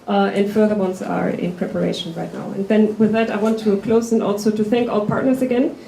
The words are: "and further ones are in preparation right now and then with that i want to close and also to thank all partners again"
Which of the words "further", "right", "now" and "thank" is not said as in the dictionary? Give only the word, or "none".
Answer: none